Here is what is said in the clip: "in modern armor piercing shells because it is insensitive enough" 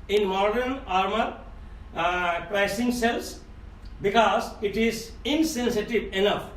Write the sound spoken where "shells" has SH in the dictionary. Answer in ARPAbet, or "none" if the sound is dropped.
S